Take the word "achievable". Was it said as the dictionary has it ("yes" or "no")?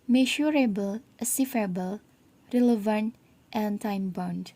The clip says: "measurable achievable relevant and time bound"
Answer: no